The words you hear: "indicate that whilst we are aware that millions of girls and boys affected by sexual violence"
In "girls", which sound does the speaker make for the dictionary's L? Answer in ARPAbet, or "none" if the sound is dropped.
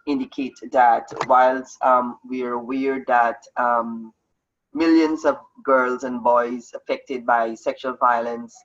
L